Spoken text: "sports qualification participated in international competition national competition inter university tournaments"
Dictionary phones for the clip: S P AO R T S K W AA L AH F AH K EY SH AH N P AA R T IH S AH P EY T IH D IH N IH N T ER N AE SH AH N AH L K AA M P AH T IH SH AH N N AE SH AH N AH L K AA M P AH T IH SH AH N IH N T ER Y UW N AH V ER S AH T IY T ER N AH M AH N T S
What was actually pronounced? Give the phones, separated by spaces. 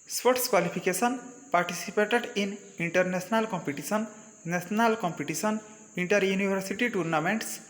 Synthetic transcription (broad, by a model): S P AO T S K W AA L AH P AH K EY S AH N P AA R T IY S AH P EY T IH D IH N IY N T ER N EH S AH N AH L K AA M P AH T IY S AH N N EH S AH N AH L K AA M P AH T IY S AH N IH N T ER Y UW N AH B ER S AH T IY T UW N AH M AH N T S